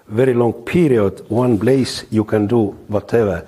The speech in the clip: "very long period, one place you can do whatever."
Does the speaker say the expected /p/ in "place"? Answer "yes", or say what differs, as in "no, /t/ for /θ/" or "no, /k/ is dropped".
no, /b/ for /p/